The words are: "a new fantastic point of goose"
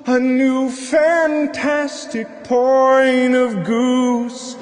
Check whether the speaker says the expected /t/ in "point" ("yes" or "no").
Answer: no